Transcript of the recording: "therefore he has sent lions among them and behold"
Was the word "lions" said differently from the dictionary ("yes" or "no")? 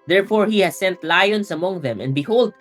yes